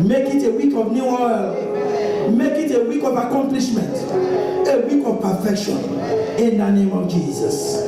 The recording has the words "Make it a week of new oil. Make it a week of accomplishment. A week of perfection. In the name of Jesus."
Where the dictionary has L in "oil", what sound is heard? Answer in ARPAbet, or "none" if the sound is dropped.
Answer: L